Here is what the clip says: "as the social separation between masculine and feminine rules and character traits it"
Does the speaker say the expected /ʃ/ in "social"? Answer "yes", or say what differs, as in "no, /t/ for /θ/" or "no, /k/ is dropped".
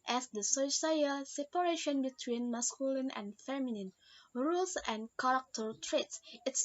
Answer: no, /s/ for /ʃ/